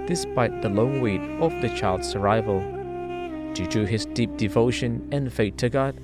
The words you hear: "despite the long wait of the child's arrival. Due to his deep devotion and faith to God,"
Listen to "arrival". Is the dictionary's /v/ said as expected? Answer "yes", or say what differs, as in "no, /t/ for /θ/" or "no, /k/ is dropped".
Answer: yes